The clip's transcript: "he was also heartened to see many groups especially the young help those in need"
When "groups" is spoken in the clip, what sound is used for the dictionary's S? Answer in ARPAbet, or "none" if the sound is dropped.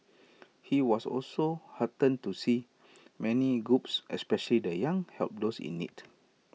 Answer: S